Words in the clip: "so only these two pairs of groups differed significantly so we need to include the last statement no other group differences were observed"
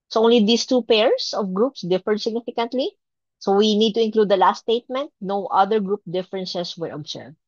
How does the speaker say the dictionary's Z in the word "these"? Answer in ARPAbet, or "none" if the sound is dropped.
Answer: S